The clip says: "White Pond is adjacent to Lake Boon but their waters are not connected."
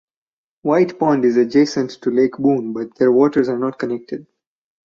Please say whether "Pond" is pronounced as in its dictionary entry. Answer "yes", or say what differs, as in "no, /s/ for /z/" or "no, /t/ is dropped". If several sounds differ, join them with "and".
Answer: yes